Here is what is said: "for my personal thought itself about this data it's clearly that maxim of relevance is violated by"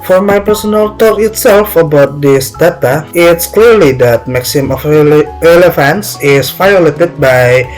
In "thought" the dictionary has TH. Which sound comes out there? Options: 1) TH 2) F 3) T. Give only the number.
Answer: 3